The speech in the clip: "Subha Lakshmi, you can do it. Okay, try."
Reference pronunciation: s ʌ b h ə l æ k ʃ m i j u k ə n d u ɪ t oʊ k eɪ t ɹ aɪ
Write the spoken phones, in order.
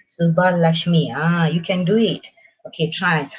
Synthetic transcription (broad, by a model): s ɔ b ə l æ ʃ m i j u k ə n d u ɪ t oʊ k eɪ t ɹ aɪ